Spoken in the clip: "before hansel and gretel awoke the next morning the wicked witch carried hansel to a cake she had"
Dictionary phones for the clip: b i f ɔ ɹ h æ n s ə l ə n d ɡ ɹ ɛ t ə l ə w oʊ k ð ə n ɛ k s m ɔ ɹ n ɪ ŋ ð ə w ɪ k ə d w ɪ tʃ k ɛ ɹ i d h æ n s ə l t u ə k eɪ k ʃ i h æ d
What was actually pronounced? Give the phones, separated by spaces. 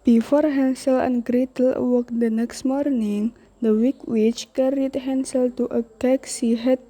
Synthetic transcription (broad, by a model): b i f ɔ ɹ h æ n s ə l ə n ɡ ɹ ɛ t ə l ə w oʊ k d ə n ɛ k s m ɔ ɹ n ɪ ŋ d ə w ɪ k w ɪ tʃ k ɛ ɹ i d h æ n s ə l t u ə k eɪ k s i h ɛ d